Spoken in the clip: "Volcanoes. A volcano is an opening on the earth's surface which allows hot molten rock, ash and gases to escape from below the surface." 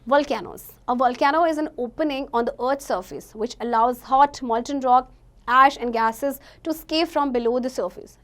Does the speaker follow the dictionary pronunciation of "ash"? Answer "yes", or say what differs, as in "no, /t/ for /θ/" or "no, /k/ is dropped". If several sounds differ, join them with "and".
yes